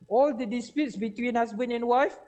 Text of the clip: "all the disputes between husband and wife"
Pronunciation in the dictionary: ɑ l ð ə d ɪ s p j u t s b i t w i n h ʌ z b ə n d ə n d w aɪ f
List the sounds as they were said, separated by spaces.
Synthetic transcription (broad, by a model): ɑ l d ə d ɪ s p j u t s b i t w i n h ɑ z b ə n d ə n w aɪ f